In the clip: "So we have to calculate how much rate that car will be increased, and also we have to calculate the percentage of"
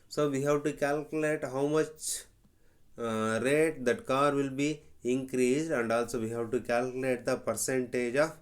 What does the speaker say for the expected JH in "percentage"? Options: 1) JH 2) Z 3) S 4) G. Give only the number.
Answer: 1